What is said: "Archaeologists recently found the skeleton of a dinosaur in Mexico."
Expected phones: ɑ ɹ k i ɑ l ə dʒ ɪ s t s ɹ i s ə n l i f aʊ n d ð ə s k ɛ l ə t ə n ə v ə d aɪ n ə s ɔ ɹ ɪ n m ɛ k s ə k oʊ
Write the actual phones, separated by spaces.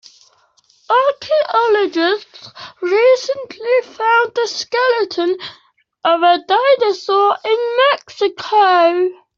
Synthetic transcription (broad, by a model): ɑ k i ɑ l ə dʒ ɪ s t s ɹ i s ə n l i f aʊ n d ð ə s k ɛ l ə t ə n ə v ə d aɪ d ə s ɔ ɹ ɪ n m ɛ k s ə k oʊ